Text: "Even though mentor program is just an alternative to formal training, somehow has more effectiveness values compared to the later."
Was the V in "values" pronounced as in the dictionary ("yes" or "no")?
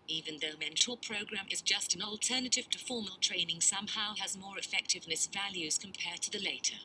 yes